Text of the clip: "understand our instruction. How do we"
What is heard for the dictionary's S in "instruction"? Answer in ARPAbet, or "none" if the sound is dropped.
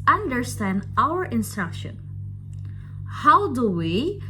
S